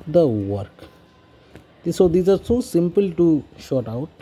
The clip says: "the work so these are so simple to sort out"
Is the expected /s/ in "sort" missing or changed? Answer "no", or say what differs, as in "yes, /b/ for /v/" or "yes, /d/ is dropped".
yes, /ʃ/ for /s/